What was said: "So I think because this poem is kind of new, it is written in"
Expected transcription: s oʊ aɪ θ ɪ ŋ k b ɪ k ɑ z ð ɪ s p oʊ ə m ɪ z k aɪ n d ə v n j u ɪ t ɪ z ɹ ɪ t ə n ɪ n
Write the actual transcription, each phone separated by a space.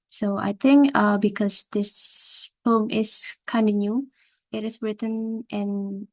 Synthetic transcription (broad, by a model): s oʊ aɪ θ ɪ ŋ k b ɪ k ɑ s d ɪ s f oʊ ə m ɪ s k aɪ n d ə n j u ɪ t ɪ s ɹ ɪ t ə n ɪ n